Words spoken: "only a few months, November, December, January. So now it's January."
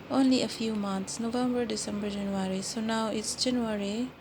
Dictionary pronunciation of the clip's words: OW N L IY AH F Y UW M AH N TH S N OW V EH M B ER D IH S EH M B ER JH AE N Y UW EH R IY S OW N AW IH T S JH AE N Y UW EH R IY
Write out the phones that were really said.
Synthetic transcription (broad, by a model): OW N L IY AH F Y UW M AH N T S N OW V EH M B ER D IH S EH M B ER JH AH N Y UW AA R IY S OW N AW IH T S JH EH N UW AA R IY